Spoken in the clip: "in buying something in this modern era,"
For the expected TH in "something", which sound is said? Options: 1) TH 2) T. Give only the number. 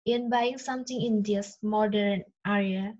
2